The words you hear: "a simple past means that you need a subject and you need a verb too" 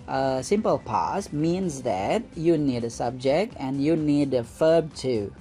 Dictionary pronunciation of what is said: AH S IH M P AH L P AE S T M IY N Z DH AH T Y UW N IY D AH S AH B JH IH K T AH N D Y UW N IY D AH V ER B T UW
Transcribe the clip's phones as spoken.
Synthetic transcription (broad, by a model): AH S IH M P AH L P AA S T M IY N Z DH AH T Y UW N IY D AH S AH B JH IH K T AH N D Y UW N IY D AH F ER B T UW